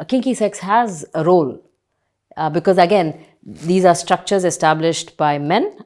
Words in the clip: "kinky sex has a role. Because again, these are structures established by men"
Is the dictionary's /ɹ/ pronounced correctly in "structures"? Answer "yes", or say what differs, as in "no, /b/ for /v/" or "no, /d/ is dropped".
yes